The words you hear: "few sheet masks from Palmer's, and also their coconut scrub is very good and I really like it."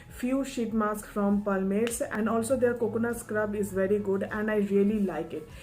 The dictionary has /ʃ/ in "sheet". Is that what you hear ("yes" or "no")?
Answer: yes